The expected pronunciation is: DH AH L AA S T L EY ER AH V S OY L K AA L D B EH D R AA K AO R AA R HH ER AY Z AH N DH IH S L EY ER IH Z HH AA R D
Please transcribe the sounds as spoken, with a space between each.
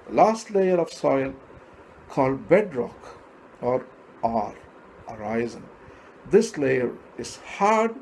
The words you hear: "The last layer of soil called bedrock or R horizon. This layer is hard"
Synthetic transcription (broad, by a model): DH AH L AA S T L EY ER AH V S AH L K AA L D B EH D R AA K AO R AA R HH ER AY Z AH N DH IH S L EY ER IH Z HH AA R D